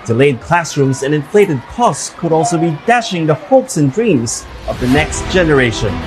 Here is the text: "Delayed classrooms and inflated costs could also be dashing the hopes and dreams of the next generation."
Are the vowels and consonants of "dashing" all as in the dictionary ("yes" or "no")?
yes